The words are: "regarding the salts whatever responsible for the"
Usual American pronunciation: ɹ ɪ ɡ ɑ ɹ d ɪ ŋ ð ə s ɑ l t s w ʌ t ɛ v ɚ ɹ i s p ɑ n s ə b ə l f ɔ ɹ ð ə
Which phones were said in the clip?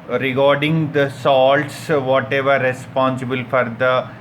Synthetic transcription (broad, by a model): ɹ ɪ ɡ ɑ ɹ d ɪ ŋ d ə s ɑ l t s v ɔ t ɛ v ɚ ɹ i s p ɑ n s ə b ə l f ɔ ɹ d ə